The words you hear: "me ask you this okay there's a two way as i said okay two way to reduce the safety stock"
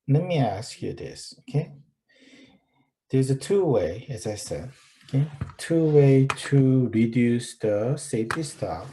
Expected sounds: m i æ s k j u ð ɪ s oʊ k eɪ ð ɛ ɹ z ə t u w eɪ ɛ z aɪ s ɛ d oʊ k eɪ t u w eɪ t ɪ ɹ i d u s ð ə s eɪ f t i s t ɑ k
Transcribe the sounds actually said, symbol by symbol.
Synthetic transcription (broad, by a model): m i æ s k j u ð ɪ s oʊ k eɪ ð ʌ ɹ z ə t u w eɪ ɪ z aɪ s ɛ d oʊ k eɪ t u w eɪ t ɪ ɹ i d u s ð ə s eɪ f t i s t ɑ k